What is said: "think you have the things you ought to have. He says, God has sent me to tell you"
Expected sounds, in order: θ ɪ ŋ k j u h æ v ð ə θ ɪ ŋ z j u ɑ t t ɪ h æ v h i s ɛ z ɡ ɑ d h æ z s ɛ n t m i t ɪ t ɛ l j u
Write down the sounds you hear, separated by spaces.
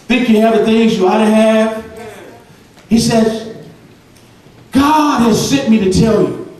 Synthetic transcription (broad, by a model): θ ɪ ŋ k j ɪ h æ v ð ə θ ɪ ŋ z j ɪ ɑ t t ɪ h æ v h i s ɛ z ɡ ɑ d h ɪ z s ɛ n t m i t ɪ t ɛ l j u